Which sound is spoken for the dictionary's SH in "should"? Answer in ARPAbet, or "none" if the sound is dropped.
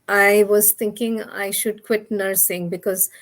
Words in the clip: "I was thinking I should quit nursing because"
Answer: SH